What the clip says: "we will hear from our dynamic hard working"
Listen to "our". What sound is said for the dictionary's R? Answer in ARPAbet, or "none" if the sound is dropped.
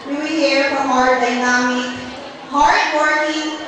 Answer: R